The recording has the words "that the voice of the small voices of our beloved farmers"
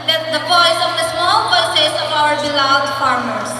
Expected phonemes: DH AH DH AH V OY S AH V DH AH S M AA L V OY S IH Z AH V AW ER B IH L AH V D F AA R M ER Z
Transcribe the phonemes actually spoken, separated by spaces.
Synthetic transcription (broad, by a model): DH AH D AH P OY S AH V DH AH S M AA L P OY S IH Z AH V AW ER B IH L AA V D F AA R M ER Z